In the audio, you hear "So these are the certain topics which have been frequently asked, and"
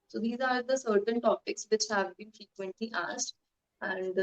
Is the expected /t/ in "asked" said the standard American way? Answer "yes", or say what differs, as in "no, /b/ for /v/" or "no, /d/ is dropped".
yes